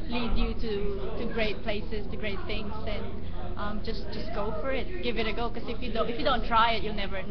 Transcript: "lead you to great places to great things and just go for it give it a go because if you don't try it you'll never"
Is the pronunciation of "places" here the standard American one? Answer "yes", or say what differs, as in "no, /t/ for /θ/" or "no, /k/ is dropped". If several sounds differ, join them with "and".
no, /s/ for /z/